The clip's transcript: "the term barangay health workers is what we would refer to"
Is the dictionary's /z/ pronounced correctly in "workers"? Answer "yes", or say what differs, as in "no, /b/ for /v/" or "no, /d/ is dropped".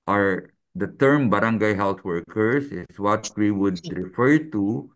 no, /s/ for /z/